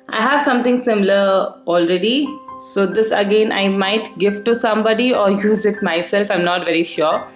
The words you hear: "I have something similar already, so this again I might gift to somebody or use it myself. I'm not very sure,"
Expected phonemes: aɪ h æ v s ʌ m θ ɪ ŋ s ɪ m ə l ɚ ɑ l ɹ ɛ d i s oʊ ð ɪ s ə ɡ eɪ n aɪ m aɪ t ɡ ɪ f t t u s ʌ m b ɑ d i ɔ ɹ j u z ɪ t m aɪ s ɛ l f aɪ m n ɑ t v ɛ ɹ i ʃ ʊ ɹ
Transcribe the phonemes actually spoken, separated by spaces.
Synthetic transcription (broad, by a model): aɪ h æ v s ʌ m t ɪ ŋ s ɪ m ə l ɚ ɑ l ɹ ɛ d i s oʊ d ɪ s ə ɡ eɪ n aɪ m aɪ t ɡ ɪ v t t u s ʌ m b ɑ d i ɔ ɹ j u z ɪ t m aɪ s ɛ l f aɪ m n ɑ t v ɛ ɹ i ʃ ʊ ɹ